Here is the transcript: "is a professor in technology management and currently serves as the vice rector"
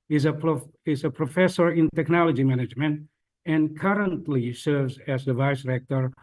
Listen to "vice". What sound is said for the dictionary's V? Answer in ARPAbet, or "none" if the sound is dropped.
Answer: V